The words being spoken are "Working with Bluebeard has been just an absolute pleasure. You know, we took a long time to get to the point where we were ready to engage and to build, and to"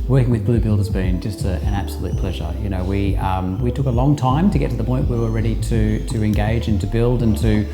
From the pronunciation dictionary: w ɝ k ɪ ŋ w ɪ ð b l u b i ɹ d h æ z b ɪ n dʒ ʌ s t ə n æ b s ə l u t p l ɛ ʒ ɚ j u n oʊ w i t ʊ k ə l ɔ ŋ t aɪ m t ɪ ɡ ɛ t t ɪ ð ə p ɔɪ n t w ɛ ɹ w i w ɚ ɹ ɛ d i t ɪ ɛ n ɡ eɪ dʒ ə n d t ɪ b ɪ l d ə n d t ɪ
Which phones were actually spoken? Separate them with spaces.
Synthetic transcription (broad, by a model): w ɝ k ɪ ŋ w ɪ ð b l u b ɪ l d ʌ z b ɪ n dʒ ʌ s t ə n æ b s ə l u t p l ɛ ʒ ɚ j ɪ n oʊ w i t ʊ k ə l ɔ ŋ t aɪ m t ɪ ɡ ɛ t t ɪ ð ə p ɔɪ n t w w i w ɚ ɹ ɛ d i t ɪ ɛ n ɡ eɪ dʒ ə n t ɪ b ɪ l d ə n t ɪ